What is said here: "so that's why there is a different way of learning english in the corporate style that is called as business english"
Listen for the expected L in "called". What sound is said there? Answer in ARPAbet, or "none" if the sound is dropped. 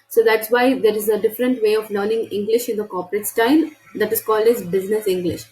L